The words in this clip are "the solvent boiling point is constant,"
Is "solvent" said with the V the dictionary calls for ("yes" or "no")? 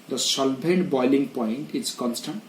no